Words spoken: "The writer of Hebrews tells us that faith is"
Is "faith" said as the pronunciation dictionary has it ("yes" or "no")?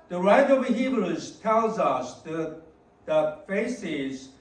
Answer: no